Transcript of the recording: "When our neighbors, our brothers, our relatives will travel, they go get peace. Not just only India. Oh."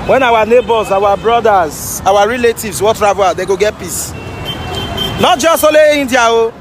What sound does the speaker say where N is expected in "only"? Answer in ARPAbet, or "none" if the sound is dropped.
none